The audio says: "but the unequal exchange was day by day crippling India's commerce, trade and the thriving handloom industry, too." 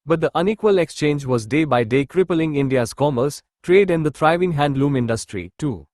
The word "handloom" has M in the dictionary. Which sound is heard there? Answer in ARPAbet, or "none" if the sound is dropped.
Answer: M